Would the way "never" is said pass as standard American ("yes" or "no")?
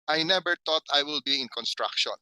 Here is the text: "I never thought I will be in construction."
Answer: no